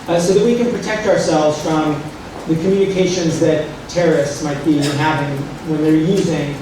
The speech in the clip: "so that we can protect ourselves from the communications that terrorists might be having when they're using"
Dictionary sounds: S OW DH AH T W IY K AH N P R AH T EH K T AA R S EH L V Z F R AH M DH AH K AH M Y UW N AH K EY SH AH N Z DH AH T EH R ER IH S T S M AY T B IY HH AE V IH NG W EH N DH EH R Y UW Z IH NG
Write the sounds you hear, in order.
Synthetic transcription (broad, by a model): S OW DH AH T W IY K AH N P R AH T EH K T AA R S EH L V Z F R AH M DH AH K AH M Y UW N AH K EY SH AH N Z DH AH T EH R ER IH S T S M AY T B IY HH AE V IH NG W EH N DH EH R Y UW Z IH NG